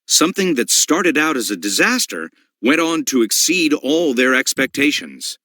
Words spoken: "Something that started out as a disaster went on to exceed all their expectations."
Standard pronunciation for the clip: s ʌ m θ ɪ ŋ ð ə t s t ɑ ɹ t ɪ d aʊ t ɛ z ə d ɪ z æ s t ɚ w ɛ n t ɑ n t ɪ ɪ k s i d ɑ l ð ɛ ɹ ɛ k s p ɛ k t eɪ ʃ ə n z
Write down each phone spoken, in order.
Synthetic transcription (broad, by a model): s ʌ m θ ɪ ŋ ð ə t s t ɑ ɹ t ɪ d aʊ t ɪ z ə d ɪ z æ s t ɚ w ɛ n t n t ɪ ɪ k s i d ɑ l ð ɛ ɹ ɛ k s p ɛ k t eɪ ʃ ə n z